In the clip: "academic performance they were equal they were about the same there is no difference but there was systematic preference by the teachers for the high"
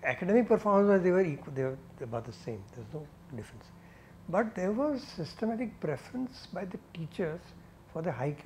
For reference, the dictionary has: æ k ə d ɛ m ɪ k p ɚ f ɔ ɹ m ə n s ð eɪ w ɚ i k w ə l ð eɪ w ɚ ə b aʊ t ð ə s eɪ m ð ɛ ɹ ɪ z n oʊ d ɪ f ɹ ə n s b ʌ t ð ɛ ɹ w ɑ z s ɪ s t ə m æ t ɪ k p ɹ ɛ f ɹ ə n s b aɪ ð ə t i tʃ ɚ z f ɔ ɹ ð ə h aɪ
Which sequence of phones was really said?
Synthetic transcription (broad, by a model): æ k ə d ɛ m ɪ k p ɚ f ɔ ɹ m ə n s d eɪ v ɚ i k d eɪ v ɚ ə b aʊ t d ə s eɪ m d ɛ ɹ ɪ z n oʊ d ɪ f ɹ ə n s b ʌ t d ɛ ɹ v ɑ z s ɪ s t ə m æ t ɪ k p ɹ ɛ f ɹ ə n s b aɪ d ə t i tʃ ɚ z f ɔ ɹ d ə h aɪ